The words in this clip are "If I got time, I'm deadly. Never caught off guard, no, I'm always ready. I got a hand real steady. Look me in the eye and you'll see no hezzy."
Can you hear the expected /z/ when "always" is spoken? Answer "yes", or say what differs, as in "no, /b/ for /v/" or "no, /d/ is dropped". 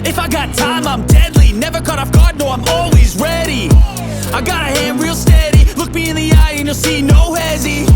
yes